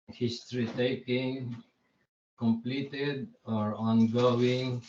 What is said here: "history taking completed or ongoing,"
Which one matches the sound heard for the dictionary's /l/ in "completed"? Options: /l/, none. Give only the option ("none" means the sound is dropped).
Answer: /l/